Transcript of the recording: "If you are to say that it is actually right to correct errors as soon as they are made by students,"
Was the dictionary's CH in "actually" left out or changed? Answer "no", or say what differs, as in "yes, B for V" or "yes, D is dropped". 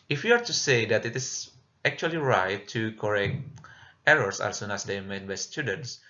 no